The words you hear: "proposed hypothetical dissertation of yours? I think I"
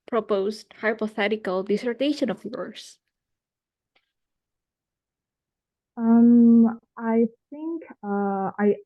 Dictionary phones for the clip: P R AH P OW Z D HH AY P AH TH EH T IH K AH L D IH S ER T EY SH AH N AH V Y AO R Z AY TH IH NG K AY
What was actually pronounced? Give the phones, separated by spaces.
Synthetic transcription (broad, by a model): P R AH P OW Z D HH AY P AH TH EH T IH K AH L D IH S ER T EY SH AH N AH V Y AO R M AY TH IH NG K AY